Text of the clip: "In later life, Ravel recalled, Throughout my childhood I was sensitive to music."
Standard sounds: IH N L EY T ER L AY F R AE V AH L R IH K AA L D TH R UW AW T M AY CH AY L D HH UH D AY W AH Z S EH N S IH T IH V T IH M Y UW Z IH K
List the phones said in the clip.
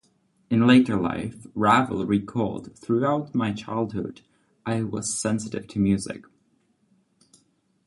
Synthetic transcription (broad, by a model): IH N L EY T ER L AY F R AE V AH L R IH K AA L D TH R UW AW T M AY CH AY L D HH UH D AY W AH Z S EH N S IH T IH V T IH M Y UW Z IH K